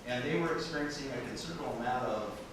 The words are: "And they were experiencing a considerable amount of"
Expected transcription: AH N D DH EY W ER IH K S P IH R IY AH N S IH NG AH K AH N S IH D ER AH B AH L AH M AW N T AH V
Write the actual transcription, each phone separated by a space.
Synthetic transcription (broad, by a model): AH N DH EY W ER IH K S P IH R IY AH N S IH NG AH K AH N S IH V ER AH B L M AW T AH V